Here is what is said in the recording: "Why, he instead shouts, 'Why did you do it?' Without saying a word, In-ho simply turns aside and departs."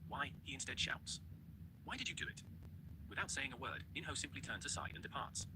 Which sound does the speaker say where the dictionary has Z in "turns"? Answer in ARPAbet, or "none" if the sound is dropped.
Z